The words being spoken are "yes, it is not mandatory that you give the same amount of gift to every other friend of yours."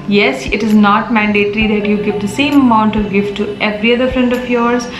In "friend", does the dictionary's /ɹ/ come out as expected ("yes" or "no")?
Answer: yes